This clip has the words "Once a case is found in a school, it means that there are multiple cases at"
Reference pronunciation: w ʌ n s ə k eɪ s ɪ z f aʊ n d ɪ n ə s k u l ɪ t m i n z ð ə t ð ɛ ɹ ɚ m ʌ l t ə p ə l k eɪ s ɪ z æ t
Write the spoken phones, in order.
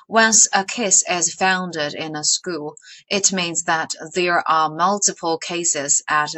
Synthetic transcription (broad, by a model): w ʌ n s ə k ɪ s ɪ z f aʊ n d ɪ n ə s k u l ɪ t m i n z ð ə t ð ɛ ɹ ɚ m ʌ l t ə p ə l k eɪ s ɪ z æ t